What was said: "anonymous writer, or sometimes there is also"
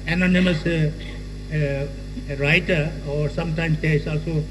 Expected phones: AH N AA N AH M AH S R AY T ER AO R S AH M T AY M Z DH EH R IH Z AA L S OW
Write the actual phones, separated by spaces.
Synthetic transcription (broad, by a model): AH N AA N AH M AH S R AY T ER AO R S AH M T AY M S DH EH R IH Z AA L S OW